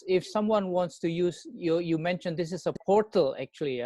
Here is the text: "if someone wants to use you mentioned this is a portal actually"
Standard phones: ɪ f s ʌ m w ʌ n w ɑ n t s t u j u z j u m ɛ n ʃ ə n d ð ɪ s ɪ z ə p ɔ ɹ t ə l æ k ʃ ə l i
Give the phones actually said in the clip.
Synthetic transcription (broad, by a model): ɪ f s ʌ m w ʌ n w ɑ n t s t u j u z j u m ɛ n ʃ ə n d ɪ s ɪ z ə p ɔ ɹ t ə l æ k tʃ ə l i